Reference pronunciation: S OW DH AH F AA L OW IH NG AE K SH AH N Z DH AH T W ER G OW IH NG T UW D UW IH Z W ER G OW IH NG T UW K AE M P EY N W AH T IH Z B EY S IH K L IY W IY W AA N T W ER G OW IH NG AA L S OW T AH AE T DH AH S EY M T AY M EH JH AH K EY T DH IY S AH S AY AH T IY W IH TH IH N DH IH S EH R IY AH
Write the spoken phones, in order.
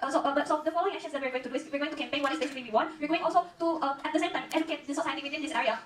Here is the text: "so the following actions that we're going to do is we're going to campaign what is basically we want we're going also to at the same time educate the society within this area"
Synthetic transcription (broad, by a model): S OW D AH F AA L OW IH NG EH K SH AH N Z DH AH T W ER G OW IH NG T UW D UW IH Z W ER G OW IH NG T UW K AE M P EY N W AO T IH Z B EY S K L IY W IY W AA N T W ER G OW IH NG AA L S OW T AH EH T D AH S EY M T AY M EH AH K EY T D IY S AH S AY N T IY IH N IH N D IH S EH R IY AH